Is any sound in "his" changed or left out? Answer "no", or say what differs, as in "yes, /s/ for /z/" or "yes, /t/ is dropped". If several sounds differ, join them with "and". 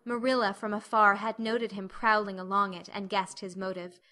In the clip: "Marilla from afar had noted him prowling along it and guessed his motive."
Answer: no